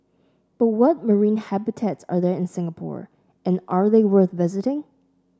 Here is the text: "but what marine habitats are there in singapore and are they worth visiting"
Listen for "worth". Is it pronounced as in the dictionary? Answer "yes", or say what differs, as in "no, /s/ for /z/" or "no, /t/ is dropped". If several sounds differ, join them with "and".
yes